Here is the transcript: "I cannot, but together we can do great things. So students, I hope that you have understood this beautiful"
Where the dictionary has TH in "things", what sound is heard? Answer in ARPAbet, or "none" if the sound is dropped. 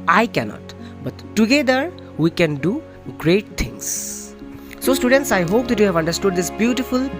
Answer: T